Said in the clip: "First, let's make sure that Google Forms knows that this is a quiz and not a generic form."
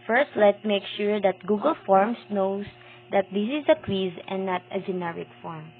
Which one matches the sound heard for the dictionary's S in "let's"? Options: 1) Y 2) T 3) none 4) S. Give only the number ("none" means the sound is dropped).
3